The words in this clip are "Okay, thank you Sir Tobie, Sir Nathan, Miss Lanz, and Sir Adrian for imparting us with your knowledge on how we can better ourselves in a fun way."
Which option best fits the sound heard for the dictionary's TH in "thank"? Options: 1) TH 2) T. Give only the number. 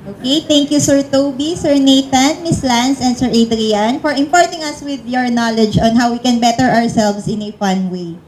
2